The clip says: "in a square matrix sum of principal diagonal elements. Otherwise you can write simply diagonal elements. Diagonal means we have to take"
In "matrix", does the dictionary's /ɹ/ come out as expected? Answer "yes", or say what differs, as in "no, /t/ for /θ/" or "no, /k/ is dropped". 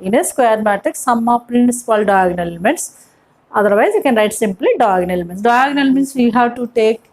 no, /ɹ/ is dropped